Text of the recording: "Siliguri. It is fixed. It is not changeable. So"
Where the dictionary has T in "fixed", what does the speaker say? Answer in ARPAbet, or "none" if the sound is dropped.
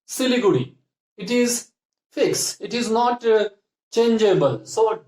none